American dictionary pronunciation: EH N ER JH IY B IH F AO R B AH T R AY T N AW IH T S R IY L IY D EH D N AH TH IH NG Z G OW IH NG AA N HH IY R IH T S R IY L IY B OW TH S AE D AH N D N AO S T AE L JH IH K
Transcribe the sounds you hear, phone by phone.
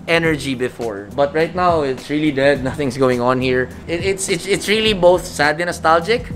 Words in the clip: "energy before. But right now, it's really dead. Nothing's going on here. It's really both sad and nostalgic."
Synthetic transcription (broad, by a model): EH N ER JH IY B IH F AO R B AH T R AY T N AW IH T S R IY L IY D EH D N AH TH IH NG S G OW IH NG AA N HH IY R IH T S R IY L IY B OW TH S AE D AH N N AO S T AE L JH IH K